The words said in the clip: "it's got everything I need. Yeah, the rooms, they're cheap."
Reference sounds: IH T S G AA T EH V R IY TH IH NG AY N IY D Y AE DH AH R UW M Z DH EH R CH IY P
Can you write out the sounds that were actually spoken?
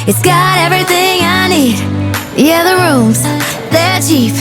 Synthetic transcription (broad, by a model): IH T S G AA T EH V R IY TH IH NG AY N IY D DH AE DH AH R UW M Z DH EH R CH IY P